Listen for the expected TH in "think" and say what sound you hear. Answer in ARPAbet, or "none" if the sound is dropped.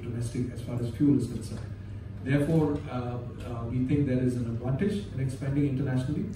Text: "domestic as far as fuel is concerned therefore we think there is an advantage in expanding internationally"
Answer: T